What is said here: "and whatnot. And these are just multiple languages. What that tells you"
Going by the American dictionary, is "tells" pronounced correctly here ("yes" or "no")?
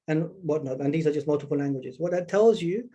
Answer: yes